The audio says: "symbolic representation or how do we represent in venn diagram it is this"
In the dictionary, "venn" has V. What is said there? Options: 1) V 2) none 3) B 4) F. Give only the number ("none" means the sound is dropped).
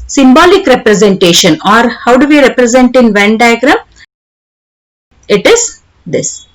1